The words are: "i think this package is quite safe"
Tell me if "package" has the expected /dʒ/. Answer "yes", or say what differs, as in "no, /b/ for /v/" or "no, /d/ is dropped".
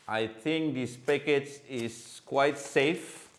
no, /tʃ/ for /dʒ/